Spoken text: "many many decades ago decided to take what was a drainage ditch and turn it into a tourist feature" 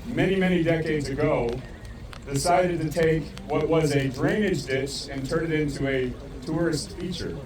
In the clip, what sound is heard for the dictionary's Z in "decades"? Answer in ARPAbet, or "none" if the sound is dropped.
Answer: Z